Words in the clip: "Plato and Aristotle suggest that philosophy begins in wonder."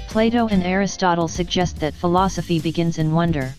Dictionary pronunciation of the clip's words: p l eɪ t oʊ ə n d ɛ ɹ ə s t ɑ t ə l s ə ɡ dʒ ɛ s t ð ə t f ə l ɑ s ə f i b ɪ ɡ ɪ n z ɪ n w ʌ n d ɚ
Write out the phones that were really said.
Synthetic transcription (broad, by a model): p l eɪ t oʊ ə n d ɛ ɹ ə s t ɑ t l s ə ɡ dʒ ɛ s t ð ə t f ə l ɑ s ə f i b ɪ ɡ ɪ n z ɪ n w ʌ n d ɚ